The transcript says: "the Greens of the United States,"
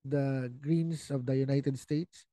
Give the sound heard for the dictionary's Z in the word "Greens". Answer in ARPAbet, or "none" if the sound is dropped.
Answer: S